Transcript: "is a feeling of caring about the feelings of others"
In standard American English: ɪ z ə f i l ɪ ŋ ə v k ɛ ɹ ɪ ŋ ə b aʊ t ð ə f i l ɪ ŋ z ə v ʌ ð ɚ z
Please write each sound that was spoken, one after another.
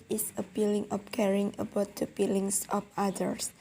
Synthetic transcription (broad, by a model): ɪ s ə p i l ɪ ŋ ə p k ɛ ɹ ɪ ŋ ə b aʊ t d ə p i l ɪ ŋ s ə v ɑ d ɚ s